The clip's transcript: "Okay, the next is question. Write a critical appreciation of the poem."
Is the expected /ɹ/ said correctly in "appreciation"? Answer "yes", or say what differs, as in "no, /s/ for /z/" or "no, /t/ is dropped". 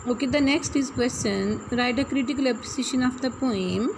no, /ɹ/ is dropped